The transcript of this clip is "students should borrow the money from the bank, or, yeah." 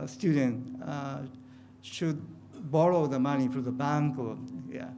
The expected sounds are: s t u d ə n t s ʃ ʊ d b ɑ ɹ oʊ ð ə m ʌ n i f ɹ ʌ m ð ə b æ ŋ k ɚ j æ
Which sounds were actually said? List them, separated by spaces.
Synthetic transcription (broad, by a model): s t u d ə n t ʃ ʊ d b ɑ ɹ oʊ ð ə m ʌ n i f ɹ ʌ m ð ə b æ ŋ k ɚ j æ